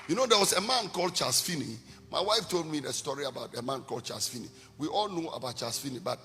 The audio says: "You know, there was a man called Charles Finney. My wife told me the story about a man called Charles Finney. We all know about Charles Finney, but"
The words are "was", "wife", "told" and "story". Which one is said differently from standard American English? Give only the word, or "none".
was